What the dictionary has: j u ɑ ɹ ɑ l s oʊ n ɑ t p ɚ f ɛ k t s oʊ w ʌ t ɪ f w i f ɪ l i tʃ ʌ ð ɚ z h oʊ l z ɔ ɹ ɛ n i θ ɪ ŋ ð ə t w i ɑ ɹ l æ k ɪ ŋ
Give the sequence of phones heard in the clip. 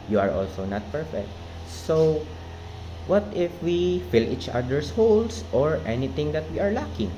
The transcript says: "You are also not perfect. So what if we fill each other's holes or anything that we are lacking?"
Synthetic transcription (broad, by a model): j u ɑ ɹ ɑ l s oʊ n ɑ t p ɚ f ɛ k t s oʊ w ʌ t ɪ f w i f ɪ l i tʃ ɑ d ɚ s h oʊ l s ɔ ɹ ɛ n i t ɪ ŋ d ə t w i ɑ ɹ l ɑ k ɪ ŋ